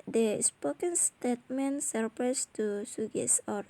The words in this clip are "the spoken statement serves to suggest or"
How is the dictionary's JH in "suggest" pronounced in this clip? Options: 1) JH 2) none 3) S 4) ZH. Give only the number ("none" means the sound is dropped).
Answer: 2